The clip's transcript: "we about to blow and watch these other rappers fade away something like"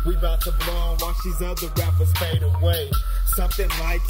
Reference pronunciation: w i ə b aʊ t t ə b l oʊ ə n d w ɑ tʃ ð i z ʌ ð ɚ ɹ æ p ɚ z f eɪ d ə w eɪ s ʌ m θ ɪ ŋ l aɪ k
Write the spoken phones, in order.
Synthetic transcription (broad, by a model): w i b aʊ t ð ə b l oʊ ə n w ɑ tʃ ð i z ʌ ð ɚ ɹ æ f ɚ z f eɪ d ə w eɪ s ʌ m θ ɪ ŋ l aɪ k